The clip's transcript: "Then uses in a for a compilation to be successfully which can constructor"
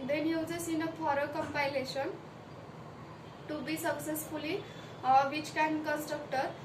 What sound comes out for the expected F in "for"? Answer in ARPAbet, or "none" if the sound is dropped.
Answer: P